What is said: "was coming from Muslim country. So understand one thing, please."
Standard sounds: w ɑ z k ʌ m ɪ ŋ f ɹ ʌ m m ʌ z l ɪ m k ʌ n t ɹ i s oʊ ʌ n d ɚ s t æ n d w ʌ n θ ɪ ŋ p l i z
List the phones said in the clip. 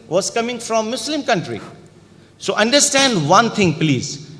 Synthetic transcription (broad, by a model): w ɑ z k ʌ m ɪ ŋ f ɹ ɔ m m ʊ s l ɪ m k ʌ n t ɹ i s oʊ ʌ n d ɚ s t æ n d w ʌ n t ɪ ŋ p l i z